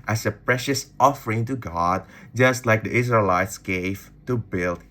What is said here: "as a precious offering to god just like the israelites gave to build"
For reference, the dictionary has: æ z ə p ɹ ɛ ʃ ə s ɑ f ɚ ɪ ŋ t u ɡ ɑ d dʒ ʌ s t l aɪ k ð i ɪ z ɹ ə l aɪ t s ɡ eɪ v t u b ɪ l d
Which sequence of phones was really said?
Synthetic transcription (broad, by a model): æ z ə p ɹ ɛ ʃ ə s ɑ f ɚ ɪ ŋ t u ɡ ɑ d dʒ ʌ s t l aɪ k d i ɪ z ɹ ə l aɪ t s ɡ eɪ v t u b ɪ l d